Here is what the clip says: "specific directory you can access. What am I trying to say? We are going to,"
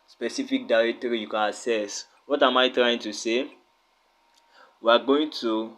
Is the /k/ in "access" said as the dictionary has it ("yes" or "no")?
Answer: no